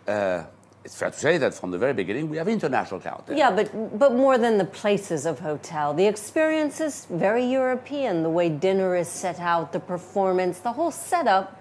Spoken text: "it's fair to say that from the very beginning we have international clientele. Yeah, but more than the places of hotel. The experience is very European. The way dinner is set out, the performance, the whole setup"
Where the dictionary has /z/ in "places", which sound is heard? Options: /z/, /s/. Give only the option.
/z/